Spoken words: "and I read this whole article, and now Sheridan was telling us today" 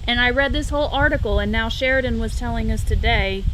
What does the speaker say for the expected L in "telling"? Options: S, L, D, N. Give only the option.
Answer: L